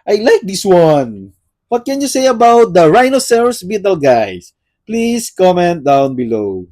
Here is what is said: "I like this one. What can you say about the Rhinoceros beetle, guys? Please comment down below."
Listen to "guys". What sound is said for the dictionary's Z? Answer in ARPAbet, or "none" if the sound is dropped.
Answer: S